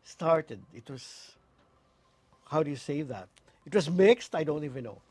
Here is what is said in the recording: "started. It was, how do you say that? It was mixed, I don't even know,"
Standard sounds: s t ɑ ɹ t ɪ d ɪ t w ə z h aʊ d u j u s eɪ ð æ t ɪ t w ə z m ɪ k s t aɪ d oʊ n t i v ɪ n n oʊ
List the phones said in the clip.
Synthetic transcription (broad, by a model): s t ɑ ɹ t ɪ d ɪ t w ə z h aʊ d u j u s eɪ ð æ t ɪ t w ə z m ɪ k s t aɪ d oʊ n t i v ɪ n n oʊ